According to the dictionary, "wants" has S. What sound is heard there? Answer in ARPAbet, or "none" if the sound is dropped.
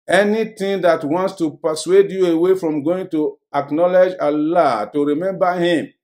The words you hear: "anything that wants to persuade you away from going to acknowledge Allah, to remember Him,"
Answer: S